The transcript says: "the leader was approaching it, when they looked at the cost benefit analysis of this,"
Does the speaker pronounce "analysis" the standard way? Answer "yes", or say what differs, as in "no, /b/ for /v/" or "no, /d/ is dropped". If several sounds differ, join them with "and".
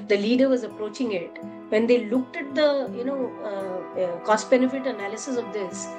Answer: yes